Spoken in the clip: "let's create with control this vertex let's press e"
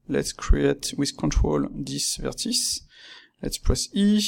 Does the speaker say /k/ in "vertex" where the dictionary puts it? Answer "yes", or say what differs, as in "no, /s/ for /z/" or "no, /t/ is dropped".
no, /k/ is dropped